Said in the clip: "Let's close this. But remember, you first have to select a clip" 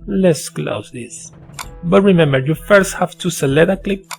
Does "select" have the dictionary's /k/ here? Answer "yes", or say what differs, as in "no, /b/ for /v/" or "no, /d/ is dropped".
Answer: no, /k/ is dropped